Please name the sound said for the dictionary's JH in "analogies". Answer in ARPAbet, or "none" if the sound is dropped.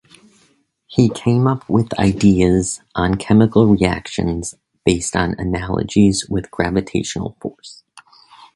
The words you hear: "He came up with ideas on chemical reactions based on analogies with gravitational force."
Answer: JH